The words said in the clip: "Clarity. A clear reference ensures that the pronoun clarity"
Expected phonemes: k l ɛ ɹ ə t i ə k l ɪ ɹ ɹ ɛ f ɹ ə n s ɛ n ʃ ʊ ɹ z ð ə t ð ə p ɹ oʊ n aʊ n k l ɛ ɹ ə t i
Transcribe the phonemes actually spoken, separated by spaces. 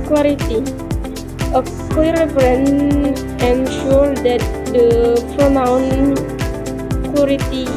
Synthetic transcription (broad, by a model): k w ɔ ɹ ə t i ə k ɔ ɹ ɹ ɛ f ɹ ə n ɛ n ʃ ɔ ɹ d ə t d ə p ɹ oʊ n aʊ n k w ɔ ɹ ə t i